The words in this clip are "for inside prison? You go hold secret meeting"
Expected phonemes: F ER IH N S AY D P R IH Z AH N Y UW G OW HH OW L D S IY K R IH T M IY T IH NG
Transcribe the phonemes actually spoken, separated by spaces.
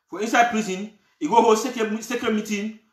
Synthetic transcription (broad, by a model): F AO IH N S AY D P R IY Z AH N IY G OW HH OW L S S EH K IH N M IY T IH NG